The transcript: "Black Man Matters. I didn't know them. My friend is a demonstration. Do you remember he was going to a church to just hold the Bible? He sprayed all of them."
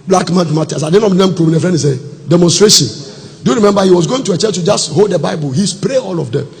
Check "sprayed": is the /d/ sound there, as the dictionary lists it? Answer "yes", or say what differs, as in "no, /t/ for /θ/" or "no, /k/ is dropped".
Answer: no, /d/ is dropped